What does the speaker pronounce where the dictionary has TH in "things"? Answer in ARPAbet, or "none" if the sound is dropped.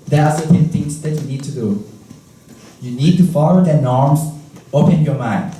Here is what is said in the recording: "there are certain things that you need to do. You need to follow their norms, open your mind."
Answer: T